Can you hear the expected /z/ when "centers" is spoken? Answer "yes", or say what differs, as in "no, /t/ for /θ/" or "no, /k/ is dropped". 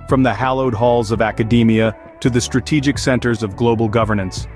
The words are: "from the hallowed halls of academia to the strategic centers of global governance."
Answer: yes